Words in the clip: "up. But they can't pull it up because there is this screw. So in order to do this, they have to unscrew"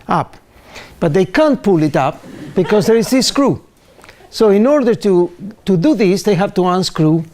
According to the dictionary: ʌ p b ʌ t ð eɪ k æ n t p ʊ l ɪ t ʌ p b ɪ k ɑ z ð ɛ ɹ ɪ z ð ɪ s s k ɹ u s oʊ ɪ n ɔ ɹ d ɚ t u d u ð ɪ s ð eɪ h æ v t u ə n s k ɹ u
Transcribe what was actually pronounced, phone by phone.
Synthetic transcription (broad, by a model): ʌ p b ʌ t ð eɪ k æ n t p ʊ l ɪ t ʌ p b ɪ k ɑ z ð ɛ ɹ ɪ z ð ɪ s s k ɹ u s oʊ ɪ n ɔ ɹ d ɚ t u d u ð ɪ s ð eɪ h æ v t u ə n s k ɹ u